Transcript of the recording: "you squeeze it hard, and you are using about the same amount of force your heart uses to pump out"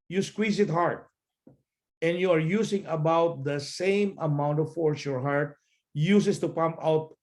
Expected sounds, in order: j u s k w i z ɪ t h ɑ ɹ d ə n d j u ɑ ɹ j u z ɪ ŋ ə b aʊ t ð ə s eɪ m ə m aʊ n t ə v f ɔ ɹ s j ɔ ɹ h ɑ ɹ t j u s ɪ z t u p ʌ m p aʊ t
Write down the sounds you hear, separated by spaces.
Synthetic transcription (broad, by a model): j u s k w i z ɪ t h ɑ ɹ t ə n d j u ɑ ɹ j u s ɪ ŋ ə b aʊ t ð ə s eɪ m ə m aʊ n t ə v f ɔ ɹ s j ɔ ɹ h ɑ ɹ t j u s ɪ s t u p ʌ m p aʊ t